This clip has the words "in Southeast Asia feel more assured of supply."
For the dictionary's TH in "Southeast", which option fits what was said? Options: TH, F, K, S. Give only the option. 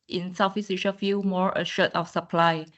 F